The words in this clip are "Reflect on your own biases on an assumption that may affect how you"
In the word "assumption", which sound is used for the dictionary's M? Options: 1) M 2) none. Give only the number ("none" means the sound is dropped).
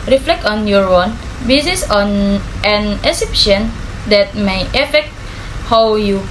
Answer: 2